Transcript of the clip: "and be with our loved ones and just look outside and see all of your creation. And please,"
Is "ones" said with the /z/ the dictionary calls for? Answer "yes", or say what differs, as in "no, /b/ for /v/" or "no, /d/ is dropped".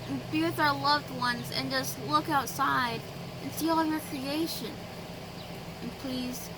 yes